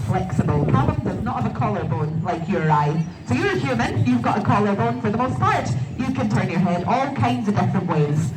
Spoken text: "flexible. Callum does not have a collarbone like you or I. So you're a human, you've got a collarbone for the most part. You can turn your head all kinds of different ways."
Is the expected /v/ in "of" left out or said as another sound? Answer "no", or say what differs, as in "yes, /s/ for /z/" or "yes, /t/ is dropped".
no